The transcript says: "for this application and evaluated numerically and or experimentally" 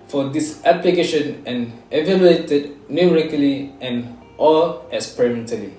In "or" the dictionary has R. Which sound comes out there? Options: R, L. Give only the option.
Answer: L